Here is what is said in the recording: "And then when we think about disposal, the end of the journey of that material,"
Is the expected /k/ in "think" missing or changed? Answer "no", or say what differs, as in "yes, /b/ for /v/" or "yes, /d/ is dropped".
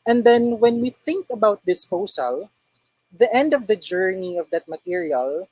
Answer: no